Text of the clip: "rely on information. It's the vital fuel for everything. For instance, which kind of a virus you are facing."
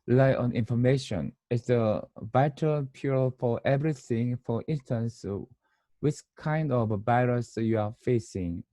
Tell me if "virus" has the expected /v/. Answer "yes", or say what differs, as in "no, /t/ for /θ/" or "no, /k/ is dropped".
no, /b/ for /v/